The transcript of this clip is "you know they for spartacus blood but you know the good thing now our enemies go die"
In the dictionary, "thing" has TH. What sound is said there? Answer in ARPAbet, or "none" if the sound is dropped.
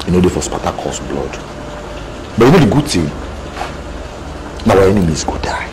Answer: T